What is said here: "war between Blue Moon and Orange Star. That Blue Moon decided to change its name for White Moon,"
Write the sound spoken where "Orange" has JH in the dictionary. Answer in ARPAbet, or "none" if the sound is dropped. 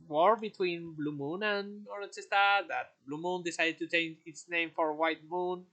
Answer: CH